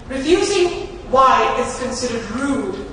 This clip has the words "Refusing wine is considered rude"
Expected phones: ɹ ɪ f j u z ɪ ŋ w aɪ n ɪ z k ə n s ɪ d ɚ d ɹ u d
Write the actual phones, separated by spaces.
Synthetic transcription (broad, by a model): ɹ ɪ f j u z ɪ ŋ w aɪ ɪ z k ə n s ɪ d ɚ d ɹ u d